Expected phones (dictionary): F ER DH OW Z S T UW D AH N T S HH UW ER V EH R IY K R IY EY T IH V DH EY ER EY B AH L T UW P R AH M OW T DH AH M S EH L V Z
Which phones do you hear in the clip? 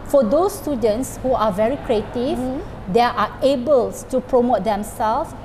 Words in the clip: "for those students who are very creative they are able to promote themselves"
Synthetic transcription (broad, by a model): F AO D OW S T UW D AH N T S HH UW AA V EH R IY K R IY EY T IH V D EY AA EY B AH L T UW P R AH M OW T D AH M S EH L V